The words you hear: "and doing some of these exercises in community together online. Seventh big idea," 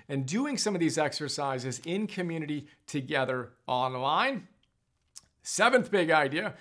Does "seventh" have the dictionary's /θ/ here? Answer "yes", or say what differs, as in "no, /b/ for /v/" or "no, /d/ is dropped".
yes